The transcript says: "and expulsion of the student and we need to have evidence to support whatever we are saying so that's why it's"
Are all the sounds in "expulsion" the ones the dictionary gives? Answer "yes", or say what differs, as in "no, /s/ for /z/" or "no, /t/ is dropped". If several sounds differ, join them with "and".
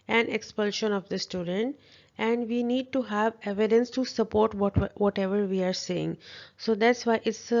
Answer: yes